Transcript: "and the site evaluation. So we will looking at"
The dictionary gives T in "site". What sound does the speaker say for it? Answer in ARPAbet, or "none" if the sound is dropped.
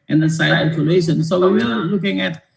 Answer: none